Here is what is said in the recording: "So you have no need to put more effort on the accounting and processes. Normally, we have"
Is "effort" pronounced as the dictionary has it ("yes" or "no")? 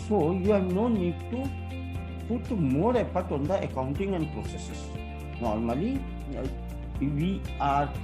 no